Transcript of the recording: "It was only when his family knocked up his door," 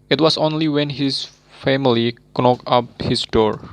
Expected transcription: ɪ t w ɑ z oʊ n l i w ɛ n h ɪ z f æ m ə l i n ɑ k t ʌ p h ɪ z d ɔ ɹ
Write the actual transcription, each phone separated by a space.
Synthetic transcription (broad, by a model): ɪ t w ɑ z oʊ n l i w ɛ n h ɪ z f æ m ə l i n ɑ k ʌ p h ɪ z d ɔ ɹ